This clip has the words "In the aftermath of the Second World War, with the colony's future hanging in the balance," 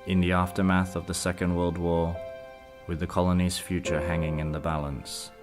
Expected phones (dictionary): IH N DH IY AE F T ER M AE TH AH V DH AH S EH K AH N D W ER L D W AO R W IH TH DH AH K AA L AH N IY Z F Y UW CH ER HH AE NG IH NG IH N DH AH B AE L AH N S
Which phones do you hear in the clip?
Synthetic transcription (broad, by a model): IH N DH IY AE F T ER M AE TH AH V DH AH S EH K AH N D W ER L D W AO W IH DH AH K AA L AH N IY Z F Y UW CH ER HH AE NG IH NG IH N DH AH B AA L AH N S